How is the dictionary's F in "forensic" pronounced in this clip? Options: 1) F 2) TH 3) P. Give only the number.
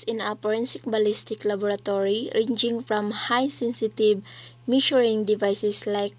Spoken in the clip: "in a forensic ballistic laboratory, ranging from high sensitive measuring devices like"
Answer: 3